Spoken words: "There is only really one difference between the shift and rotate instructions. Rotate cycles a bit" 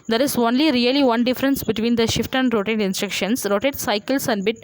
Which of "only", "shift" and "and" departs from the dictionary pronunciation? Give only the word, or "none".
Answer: none